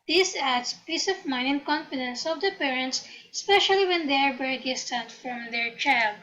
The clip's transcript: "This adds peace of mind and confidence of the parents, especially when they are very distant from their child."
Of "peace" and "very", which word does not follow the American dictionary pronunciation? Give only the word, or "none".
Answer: very